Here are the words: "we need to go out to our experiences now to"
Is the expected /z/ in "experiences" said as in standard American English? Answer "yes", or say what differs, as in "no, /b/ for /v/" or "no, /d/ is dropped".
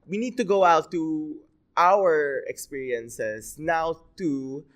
no, /s/ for /z/